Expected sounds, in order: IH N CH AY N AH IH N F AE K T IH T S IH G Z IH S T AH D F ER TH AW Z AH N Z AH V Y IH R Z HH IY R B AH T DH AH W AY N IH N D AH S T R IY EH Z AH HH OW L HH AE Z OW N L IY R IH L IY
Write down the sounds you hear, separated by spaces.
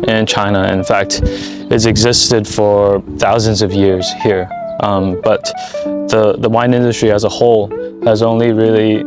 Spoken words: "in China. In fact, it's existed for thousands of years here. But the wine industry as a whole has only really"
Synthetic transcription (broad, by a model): IH N CH AY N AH IH N F AE K T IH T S IH G Z IH S T AH D F ER TH AW Z AH N Z AH V Y IH R Z HH IY R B AH T DH AH W AY N IH N D AH S T R IY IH Z AH HH OW L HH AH Z OW N L IY R IH L IY